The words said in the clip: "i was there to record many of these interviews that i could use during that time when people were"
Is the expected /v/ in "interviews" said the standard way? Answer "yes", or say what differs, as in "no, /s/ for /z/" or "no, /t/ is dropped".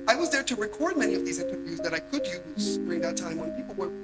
yes